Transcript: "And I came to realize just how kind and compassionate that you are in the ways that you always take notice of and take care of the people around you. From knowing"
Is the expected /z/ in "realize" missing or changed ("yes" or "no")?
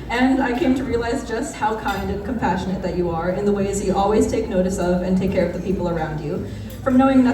no